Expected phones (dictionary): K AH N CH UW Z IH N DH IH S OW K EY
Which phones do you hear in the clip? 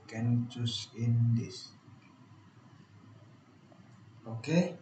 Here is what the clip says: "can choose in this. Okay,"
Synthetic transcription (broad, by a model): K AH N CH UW S IH N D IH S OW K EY